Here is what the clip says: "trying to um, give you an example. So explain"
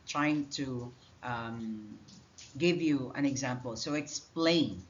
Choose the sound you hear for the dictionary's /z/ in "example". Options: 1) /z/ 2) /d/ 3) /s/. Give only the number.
1